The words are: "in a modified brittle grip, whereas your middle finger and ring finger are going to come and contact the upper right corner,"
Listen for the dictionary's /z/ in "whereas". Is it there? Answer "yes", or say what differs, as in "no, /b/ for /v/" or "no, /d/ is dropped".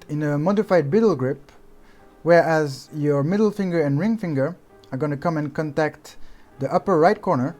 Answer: yes